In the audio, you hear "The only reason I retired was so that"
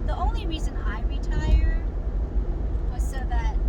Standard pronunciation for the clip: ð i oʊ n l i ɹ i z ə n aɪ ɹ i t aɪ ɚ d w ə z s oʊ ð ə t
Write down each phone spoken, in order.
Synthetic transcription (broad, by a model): ð i oʊ n l i ɹ i z ə n aɪ ɹ i t aɪ ɚ d w ə z s oʊ ð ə t